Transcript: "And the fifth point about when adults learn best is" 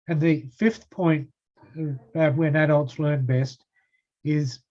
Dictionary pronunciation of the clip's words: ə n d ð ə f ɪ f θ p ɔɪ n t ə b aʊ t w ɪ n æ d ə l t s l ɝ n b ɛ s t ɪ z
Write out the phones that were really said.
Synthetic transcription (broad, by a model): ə n ð ə f ɪ f θ p ɔɪ n t ə b aʊ t w ɪ n æ d ə l t s l ɝ n b ɛ s t ɪ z